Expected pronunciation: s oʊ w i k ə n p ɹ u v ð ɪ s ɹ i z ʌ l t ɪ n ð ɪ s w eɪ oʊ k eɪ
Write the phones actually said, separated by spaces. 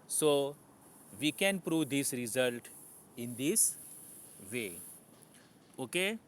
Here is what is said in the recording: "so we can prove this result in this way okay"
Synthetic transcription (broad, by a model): s oʊ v i k ə n p ɹ u v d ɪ s ɹ i z ʌ l t ɪ n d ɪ s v eɪ oʊ k eɪ